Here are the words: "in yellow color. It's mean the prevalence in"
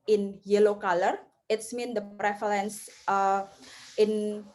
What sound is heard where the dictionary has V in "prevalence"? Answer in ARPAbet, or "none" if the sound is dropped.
F